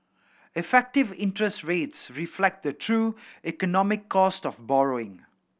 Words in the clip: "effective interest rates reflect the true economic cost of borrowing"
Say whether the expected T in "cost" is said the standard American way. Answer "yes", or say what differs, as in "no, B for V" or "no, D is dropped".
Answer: yes